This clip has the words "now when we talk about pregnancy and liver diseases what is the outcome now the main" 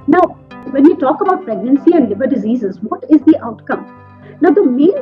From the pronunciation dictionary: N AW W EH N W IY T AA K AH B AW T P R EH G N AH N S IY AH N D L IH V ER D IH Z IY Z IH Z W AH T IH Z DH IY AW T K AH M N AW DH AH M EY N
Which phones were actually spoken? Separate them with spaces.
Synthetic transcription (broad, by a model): N AW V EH N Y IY T AA K AH B AW T P R EH G N AH N S IY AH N D L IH B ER D IH Z IY Z IH Z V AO T IH Z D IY AW T K AH M N AW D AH M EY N